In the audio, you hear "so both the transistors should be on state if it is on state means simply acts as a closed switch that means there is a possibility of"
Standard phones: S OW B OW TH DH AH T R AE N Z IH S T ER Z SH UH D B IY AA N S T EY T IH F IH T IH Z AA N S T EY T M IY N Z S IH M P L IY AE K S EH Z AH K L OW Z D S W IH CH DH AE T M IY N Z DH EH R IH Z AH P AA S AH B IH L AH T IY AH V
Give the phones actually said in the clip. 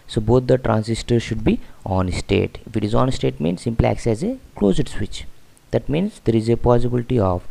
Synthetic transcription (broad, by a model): S OW B OW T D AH T R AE N S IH S T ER SH UH D B IY AA N S T EY T IH F IH T IH Z AA N S T EY T M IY N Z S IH M P L IY AE K S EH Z AH K L OW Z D S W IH CH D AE T M IY N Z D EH R IH Z AH P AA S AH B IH L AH T IY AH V